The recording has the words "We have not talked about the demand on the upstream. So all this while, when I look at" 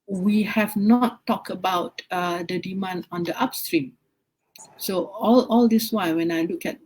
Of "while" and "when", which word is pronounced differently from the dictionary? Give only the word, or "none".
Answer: while